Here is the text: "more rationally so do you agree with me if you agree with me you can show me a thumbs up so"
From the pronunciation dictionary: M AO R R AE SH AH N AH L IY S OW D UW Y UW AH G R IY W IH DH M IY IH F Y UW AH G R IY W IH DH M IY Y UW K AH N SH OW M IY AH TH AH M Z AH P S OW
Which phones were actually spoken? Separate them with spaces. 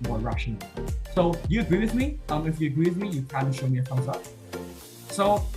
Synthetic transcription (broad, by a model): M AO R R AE SH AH N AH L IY S OW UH Y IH AH G R IY W IH DH M IY IH F Y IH AH G R IY W IH DH M IY Y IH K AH L SH OW M IY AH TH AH Z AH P S OW